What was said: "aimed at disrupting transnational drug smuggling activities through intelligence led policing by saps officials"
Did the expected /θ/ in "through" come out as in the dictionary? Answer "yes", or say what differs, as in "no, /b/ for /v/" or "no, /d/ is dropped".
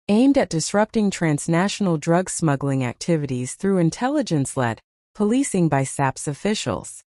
yes